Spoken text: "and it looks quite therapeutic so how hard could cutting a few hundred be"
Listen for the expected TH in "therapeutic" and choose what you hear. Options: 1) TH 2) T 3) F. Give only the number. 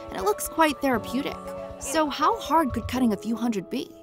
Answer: 1